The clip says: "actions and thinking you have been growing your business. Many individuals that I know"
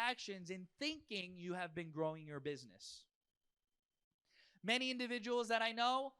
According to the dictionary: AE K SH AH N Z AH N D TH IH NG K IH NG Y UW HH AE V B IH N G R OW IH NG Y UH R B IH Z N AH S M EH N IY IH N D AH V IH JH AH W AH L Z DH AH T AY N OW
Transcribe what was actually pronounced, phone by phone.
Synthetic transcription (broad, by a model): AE K SH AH N Z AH N TH IH NG K IH NG Y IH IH V B IH N G R OW IH NG Y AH R B IH Z N AH S M EH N IY IH N D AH V IH JH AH W L Z DH AH T AY N OW